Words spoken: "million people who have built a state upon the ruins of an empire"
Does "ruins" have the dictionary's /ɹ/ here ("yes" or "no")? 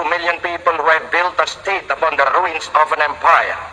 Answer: yes